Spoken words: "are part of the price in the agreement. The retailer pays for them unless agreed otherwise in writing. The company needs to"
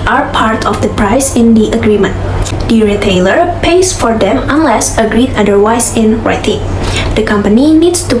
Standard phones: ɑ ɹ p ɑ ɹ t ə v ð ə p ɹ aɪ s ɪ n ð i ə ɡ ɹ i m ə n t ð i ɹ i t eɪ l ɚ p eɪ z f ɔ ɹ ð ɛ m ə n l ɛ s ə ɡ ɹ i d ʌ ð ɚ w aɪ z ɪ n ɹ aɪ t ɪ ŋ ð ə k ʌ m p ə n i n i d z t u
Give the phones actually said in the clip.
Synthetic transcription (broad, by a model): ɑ ɹ p ɑ ɹ t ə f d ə p ɹ aɪ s ɪ n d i ə ɡ ɹ i m ə n t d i ɹ i t eɪ l ɚ p eɪ s f ɔ ɹ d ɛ m ə n l ɛ s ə ɡ ɹ i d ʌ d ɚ w aɪ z ɪ n ɹ aɪ t ɪ ŋ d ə k ʌ m p ə n i n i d s t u